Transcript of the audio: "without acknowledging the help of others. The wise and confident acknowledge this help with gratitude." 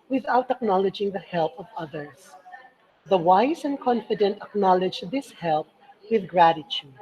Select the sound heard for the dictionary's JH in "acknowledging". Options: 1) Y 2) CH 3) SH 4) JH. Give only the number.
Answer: 4